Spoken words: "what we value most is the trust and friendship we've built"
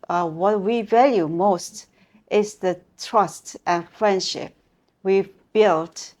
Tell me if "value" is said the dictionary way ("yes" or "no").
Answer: yes